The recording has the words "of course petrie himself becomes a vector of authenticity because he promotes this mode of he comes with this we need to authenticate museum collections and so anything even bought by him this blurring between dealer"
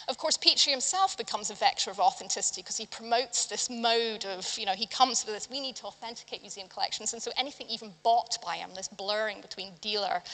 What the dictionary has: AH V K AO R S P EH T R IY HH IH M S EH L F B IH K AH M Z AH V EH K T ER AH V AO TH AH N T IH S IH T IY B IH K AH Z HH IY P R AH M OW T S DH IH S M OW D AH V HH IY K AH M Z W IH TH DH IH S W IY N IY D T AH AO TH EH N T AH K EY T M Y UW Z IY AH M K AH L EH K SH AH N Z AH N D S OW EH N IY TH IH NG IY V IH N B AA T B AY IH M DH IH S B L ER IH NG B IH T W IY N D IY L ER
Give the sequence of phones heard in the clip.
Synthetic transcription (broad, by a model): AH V K AO R S P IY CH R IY HH IH M S EH L F B IH K AH M Z AH V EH K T ER AH V AO TH AH N T IH S IH T IY K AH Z IY P R AH M OW T S DH IH S M OW D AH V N IY K AH M Z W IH DH IH S W IY N IY D T AH AO TH EH N T AH K EY T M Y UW Z IY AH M K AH L EH K SH N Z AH N S OW EH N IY TH IH NG IY V IH N B AA T B AY IH M DH IH S B L ER IH NG B IH T W IY N D IY L ER